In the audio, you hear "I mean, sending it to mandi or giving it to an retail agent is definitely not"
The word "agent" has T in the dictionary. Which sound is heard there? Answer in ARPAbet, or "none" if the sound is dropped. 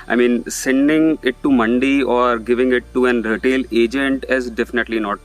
T